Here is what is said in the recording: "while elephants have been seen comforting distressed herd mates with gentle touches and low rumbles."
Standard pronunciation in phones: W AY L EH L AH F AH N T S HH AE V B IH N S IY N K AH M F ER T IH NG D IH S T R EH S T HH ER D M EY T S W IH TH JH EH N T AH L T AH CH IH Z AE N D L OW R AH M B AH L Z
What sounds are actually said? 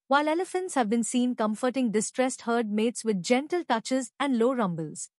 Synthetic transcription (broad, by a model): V AY L EH L AH F AH N T S HH AE V B IH N S IY N K AH M F ER T IH NG D IH S T R EH S T HH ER D M EY T S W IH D JH EH N T AH L T AH CH IH Z AE N D L OW R AH M B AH L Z